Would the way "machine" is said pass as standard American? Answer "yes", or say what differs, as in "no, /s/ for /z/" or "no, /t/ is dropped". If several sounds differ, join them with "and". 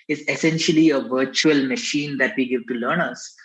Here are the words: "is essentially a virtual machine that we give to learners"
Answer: yes